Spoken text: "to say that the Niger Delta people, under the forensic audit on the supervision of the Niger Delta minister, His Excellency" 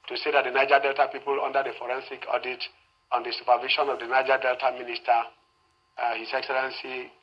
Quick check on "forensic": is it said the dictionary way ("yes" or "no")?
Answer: yes